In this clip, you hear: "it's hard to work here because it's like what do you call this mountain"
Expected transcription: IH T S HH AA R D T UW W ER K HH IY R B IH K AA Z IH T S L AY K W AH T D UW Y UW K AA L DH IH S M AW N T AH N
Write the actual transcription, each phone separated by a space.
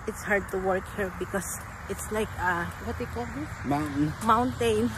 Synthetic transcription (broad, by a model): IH T S HH AA R D T UW W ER K HH IY R B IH K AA S IH T S L AY K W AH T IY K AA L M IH M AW N T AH N